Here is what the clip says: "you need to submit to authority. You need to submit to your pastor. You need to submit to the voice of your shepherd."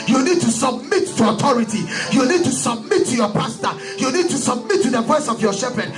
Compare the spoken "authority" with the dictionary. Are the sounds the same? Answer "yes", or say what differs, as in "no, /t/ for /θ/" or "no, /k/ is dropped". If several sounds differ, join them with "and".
no, /t/ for /θ/